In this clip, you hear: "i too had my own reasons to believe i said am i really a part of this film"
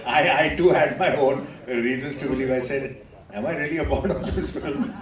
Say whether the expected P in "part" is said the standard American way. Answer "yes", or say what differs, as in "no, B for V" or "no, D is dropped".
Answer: no, B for P